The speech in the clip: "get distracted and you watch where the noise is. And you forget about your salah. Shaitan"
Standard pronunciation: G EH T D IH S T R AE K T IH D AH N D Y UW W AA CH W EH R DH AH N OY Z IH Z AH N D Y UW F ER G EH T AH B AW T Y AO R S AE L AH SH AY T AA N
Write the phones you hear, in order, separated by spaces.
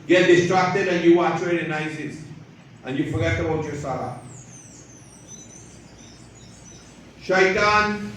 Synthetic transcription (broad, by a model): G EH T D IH S T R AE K T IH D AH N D Y UW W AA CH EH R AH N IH S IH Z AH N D Y UW F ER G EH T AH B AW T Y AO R S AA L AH SH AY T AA N